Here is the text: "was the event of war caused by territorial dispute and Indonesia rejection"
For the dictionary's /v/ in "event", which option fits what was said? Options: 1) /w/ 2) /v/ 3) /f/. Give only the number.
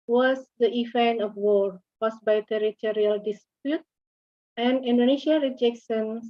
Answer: 3